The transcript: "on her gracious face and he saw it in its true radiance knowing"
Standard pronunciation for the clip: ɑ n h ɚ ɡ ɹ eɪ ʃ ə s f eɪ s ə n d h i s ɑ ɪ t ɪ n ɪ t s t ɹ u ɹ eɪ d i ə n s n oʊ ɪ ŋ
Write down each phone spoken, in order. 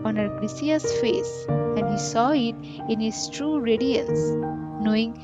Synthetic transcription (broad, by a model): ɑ n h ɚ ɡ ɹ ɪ s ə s f eɪ s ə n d h i s ɑ ɪ t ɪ n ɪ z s t ɹ u ɹ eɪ d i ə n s n oʊ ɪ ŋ